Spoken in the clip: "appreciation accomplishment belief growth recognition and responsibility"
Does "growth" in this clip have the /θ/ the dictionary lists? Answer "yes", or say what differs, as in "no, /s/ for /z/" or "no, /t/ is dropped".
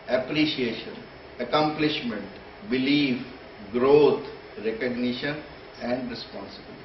no, /t/ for /θ/